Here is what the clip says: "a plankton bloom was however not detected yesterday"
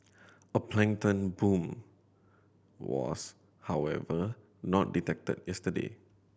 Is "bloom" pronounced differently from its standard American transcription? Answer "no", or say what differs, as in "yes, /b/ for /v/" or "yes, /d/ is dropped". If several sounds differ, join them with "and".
yes, /l/ is dropped